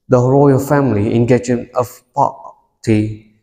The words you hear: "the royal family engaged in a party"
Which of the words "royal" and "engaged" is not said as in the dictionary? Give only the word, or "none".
engaged